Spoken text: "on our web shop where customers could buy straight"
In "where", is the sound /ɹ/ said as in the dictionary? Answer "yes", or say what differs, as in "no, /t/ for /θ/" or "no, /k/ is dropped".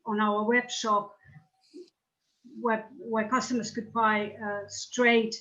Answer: no, /w/ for /ɹ/